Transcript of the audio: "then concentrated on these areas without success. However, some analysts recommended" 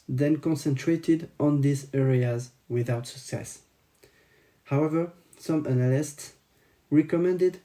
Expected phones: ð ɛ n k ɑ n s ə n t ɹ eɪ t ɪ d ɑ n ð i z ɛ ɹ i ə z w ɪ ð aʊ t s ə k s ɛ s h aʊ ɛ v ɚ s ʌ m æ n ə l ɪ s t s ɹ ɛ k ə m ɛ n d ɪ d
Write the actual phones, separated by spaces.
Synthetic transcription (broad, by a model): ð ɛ n k ɑ n s ə n t ɹ eɪ t ɪ d ɑ n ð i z ɛ ɹ i ə z w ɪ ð aʊ t s ə k s ɛ s h aʊ ɛ v ɚ s ʌ m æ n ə l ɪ s t s ɹ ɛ k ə m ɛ n d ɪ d